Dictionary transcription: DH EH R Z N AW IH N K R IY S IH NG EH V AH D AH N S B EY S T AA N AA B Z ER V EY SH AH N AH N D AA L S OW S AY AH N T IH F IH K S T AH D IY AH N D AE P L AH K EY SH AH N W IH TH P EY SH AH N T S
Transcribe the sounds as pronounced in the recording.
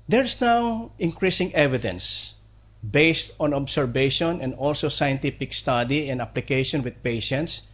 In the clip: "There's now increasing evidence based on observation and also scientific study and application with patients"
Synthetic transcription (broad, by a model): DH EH R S N AW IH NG K R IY S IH NG EH V AH D AH N S B EY S T AA N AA B S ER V EY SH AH N AH N D AA L S OW S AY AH N T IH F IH K S T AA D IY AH N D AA P L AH K EY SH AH N W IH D P EY SH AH N T S